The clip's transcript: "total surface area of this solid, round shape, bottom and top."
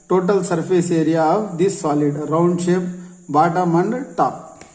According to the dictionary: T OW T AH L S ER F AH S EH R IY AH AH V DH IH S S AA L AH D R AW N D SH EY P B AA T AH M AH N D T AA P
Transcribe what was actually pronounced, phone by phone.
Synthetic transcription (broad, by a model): T OW T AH L S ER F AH S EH R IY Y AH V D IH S S AA L AH D R AW N D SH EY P B AA T AH M AH N D T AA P